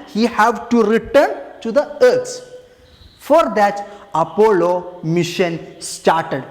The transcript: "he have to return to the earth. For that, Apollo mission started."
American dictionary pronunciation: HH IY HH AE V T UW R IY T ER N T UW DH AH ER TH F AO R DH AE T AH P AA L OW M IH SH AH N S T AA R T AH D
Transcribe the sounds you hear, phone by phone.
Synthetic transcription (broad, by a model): HH IY HH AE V T UW R IY T ER N T UW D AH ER S F AO R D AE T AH P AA L OW M IH SH AH N S T AA R T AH D